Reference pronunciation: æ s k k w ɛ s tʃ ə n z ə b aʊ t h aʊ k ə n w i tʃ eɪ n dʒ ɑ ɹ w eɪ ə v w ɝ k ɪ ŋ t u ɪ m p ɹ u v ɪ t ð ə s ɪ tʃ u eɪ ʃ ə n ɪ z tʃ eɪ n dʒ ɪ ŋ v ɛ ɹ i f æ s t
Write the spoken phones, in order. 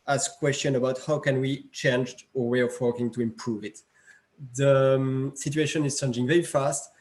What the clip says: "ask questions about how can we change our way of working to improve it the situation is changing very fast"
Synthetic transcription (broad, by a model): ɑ s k k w ɛ s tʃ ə n ə b aʊ t h aʊ k ə n w i tʃ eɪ n dʒ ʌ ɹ w eɪ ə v w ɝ k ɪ ŋ t u ɪ m p ɹ u v ɪ t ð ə s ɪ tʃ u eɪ ʃ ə n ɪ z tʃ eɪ n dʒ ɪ ŋ v ɛ ɹ i f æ s t